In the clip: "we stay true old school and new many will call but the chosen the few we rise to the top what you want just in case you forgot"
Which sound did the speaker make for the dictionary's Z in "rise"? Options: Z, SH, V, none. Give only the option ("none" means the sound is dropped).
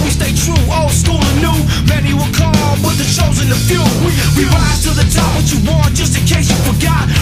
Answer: none